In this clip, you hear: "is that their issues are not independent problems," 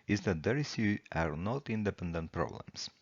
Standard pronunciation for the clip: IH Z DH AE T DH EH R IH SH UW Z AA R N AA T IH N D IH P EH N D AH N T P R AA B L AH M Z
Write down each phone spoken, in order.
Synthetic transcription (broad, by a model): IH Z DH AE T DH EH R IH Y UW AA R N AA T IH N D IH P EH N D AH N T P R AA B L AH M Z